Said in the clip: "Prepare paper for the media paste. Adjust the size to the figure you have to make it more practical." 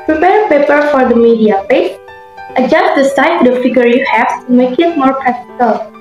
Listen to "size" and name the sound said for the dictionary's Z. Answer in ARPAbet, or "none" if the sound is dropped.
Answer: none